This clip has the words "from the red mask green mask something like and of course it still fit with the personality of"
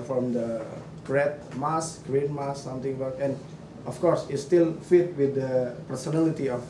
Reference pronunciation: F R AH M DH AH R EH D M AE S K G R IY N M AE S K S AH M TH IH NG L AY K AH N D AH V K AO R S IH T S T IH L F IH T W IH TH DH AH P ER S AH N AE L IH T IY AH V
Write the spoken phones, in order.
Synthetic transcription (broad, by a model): F R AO M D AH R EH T M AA S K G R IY N M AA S S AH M T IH NG W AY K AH N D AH F K AO R S IH T S T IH L F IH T W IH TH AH P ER S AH N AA L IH T IY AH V